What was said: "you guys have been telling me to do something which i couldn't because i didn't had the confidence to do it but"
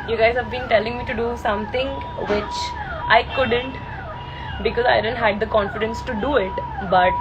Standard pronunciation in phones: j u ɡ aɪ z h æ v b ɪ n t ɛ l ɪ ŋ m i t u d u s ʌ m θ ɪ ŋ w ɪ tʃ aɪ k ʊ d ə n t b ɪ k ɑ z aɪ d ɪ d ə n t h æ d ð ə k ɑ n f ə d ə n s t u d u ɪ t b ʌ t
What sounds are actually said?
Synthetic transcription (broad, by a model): j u ɡ aɪ z h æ v b ɪ n t ɛ l ɪ ŋ m i t u d u s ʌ m t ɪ ŋ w ɪ tʃ aɪ k ʊ d ə n t b ɪ k ɑ z aɪ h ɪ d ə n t h æ d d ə k ɑ n f ə d ə n s t u d u ɪ t b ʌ t